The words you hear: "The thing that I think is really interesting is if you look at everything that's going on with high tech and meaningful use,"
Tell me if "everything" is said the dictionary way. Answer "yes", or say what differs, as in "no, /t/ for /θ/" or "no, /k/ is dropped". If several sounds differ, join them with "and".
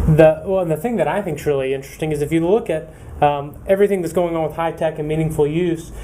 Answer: yes